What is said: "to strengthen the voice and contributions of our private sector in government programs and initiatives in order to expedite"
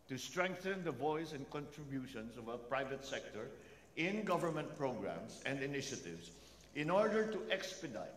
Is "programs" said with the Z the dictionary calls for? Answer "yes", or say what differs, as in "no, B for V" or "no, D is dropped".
no, S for Z